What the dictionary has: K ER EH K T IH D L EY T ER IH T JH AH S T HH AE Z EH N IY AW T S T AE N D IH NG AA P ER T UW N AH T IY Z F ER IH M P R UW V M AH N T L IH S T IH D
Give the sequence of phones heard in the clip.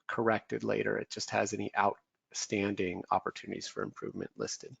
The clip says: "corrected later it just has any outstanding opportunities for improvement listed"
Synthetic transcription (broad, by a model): K ER EH K T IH D L EY T ER IH T JH AH S T HH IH Z EH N IY AW T S T AE N D IH NG AA P ER T UW N AH T IY Z F ER IH M P R UW V M AH N T L IH S T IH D